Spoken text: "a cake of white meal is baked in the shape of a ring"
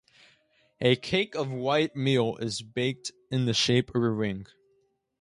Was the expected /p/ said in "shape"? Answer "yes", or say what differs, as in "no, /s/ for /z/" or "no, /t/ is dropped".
no, /p/ is dropped